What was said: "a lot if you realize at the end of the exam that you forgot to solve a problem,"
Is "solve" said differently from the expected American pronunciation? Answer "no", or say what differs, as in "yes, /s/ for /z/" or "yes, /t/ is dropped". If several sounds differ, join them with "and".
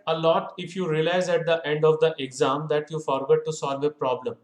no